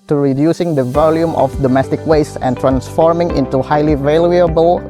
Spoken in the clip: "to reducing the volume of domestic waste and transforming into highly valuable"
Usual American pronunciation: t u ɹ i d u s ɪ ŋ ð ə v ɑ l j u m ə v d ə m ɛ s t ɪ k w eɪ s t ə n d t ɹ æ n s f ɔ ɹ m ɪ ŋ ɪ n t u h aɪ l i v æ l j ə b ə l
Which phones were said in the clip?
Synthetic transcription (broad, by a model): t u ɹ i d u s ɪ ŋ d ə v ɑ l j u m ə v d ə m ɛ s t ɪ k w eɪ s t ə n t ɹ æ n s f ɔ ɹ m ɪ ŋ ɪ n t u h aɪ l i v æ l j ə b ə l